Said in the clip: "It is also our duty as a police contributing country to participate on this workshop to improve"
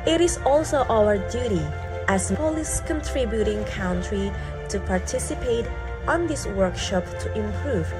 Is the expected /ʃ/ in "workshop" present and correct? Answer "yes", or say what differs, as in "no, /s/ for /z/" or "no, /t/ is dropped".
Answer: yes